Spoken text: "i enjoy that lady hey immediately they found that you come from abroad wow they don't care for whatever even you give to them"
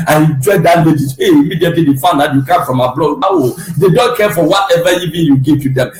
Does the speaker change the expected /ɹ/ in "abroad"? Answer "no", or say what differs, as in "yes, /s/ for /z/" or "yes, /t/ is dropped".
yes, /l/ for /ɹ/